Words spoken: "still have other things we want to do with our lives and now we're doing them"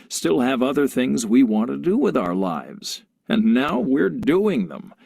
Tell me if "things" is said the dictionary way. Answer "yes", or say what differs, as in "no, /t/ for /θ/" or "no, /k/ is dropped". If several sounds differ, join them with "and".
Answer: yes